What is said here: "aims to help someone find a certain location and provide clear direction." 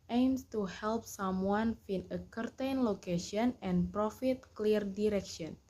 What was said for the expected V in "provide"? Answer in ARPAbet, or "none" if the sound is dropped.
F